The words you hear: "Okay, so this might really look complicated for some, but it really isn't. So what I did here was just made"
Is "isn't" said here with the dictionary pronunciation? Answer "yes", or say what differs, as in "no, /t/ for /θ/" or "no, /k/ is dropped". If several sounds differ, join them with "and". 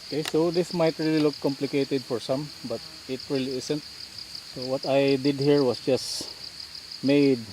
no, /s/ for /z/